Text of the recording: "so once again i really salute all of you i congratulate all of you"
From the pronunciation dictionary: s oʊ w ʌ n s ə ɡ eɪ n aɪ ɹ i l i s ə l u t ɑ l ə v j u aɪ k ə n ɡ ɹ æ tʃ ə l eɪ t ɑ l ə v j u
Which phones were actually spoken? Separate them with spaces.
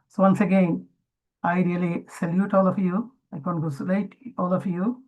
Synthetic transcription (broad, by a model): s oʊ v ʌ n s ə ɡ eɪ n aɪ ɹ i l i s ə l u t ɑ l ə f j u aɪ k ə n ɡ ɔ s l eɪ t ɑ l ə f j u